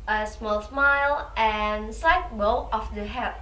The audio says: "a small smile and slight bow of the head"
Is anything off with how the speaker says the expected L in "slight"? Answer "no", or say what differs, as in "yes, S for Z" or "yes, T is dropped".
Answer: yes, L is dropped